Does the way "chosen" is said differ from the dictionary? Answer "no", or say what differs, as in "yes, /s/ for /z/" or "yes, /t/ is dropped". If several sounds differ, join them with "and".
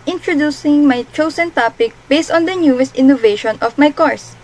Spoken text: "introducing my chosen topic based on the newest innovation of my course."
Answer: yes, /s/ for /z/